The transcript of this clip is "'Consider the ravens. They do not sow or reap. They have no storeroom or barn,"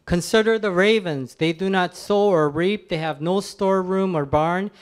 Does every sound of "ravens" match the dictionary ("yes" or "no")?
yes